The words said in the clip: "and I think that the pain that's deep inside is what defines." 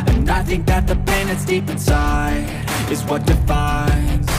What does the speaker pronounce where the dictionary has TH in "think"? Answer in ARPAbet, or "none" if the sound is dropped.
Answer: TH